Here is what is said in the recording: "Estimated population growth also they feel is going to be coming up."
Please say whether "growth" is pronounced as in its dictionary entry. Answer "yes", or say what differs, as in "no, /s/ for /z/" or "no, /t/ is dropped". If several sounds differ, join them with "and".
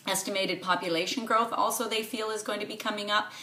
yes